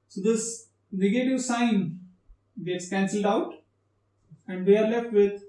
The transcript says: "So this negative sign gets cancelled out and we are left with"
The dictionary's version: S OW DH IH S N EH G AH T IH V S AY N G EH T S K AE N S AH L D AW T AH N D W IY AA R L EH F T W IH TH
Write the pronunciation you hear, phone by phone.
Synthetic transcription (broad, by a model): S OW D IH S N EH G AH T IH V S AY N G EH T S K AE N S AH L D AW T AH N D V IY AA R L EH F T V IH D